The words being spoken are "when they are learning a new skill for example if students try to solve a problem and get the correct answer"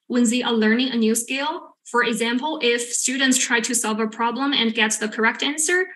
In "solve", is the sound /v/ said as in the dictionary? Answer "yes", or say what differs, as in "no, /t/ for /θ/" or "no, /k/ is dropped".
yes